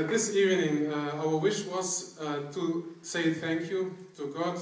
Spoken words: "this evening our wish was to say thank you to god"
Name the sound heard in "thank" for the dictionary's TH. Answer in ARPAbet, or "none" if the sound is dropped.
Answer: TH